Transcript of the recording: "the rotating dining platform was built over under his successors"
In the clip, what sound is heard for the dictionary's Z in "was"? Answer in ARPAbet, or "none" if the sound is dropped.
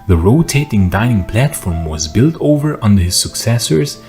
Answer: Z